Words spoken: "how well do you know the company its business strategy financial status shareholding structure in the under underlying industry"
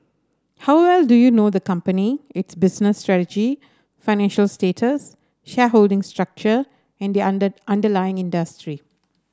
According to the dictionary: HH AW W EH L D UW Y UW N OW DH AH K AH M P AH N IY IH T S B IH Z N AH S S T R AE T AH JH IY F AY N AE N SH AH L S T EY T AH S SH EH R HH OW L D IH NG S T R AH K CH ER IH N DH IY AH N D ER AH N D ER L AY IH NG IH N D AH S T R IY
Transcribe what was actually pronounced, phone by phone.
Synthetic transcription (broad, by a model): HH AW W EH L D UW Y UW N OW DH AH K AH M P AH N IY IH T S B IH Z N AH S S T R AE T AH JH IY F AY N AE N SH AH L S T EY T AH S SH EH HH OW L D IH NG S T R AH K CH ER IH N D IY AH N D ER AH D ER L AY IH NG IH N D AH S T R IY